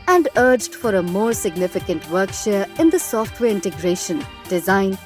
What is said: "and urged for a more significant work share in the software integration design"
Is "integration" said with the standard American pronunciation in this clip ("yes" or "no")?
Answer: yes